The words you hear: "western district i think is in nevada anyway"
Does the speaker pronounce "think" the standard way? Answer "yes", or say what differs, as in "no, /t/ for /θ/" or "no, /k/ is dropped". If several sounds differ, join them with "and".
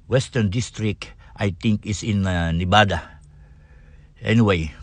no, /t/ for /θ/